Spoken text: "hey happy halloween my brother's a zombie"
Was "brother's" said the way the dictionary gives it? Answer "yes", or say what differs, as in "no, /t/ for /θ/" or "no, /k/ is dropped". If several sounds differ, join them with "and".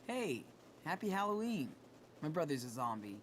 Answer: yes